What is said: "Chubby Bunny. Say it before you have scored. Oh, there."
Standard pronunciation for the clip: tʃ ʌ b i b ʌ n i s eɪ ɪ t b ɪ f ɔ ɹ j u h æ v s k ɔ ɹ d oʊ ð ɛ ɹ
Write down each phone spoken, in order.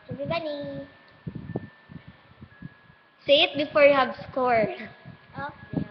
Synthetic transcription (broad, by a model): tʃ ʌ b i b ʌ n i s eɪ ɪ t b ɪ f ɔ ɹ j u h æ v s k ɔ ɹ oʊ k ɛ